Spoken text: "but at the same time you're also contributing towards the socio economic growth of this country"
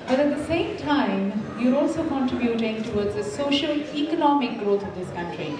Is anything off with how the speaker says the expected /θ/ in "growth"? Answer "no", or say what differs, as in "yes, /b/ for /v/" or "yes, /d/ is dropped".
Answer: yes, /t/ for /θ/